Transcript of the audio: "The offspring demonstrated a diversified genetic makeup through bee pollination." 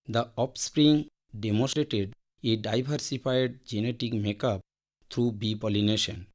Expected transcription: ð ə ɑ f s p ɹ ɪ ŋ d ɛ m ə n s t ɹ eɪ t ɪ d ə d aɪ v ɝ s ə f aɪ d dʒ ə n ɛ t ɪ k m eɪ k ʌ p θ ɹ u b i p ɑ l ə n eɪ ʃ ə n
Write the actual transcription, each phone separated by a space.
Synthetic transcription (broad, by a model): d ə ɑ p s p ɹ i ŋ d ɛ m ə n s t ɹ eɪ t ɪ d ə d aɪ b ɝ s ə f aɪ d dʒ ə n ɛ t ɪ k m eɪ k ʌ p t ɹ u b i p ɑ l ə n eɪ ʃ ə n